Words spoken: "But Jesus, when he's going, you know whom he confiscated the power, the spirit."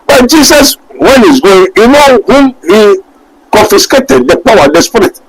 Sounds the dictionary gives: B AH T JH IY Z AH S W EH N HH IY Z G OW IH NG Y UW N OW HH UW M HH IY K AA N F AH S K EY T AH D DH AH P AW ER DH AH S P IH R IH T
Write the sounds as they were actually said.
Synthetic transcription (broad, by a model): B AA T JH IY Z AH S W EH N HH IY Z G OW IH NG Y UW N OW HH UW M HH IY K AA N F AH S K EY T AH D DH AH P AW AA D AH S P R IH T